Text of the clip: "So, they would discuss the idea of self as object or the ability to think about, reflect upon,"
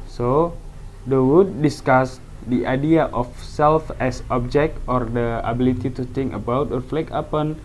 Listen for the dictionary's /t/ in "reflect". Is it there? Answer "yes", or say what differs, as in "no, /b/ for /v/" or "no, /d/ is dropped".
no, /t/ is dropped